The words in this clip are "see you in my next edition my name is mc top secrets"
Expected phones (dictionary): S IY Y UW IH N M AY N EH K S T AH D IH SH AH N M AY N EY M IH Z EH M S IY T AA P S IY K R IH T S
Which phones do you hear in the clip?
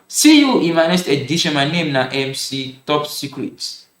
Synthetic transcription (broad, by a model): S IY Y UW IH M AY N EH S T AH D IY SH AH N M AY N EY M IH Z EH M S IY T AA P S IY K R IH T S